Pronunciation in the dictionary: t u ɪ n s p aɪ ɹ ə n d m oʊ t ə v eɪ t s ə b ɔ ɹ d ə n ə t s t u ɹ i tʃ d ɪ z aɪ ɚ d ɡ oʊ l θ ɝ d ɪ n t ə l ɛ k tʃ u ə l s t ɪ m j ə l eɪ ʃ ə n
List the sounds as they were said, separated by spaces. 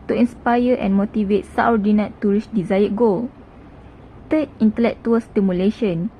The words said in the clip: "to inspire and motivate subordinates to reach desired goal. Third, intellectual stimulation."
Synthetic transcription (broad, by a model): t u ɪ n s p aɪ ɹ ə n m oʊ t ə v eɪ t s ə ɔ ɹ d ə n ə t t u ɹ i s d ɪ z aɪ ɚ ɡ oʊ l t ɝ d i n t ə l ɛ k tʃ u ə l s t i m j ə l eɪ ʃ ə n